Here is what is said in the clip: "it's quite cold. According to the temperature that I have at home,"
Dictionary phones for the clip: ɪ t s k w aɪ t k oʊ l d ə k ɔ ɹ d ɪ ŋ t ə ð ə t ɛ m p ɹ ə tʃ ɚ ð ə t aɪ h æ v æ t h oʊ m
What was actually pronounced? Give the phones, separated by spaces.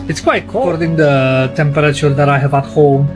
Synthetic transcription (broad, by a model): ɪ t s k w aɪ t k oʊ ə ɔ ɹ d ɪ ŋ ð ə t ɛ m p ɹ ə tʃ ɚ ð ə t aɪ h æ v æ t h oʊ m